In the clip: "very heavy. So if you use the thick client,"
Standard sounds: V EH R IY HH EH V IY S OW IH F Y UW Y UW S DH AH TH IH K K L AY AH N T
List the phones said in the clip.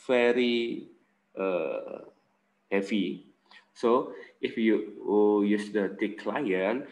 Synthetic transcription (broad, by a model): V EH R IY HH EH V IY S OW IH F Y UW Y UW S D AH T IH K K L AY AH N